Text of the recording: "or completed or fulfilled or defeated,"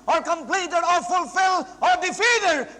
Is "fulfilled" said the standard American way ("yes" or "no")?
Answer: no